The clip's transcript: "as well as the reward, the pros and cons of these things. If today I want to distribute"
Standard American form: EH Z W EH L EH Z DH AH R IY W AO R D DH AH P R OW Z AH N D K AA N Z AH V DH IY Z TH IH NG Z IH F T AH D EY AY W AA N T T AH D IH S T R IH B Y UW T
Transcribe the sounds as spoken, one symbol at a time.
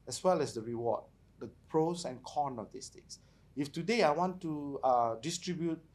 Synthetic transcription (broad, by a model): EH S W EH L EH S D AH R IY W AO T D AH P R OW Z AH N K AA N AH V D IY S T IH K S IH F T AH D EY AY W AA N T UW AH D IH S T R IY B Y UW T